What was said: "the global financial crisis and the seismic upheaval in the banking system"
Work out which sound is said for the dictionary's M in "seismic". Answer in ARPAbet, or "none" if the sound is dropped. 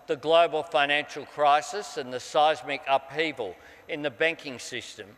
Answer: M